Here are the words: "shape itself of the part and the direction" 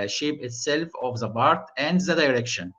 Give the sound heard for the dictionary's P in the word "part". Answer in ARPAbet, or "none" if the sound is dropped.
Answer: B